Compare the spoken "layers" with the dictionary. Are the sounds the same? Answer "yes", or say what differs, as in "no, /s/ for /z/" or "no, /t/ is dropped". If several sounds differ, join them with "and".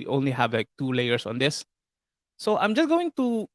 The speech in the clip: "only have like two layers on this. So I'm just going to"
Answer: no, /s/ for /z/